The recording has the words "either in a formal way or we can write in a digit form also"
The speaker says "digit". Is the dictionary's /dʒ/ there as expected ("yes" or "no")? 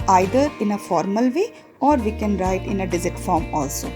no